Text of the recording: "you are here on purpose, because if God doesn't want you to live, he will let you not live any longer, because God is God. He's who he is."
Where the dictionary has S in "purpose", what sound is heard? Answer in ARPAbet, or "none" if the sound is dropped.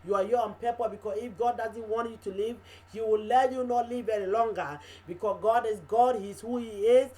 none